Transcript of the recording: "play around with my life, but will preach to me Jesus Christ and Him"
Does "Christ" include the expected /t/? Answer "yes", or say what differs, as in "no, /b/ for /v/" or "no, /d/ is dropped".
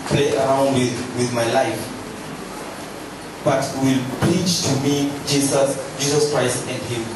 yes